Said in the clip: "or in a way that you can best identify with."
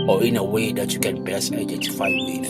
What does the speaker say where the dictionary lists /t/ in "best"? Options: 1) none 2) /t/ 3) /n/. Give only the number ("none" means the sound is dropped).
1